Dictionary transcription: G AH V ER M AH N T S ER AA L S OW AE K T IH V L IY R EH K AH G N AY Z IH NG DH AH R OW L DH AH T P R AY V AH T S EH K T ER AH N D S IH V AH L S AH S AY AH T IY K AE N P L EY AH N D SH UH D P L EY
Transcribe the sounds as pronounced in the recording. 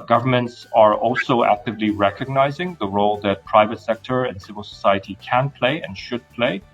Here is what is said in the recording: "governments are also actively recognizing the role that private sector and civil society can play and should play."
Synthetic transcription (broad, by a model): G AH V ER M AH N T S ER AA L S OW AE K T IH V L IY R EH K AH G N AY Z IH NG DH AH R OW L DH AH T P R AY V AH T S EH K T ER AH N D S IH V AH L S AH S AY AH T IY K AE N P L EY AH N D SH UH D P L EY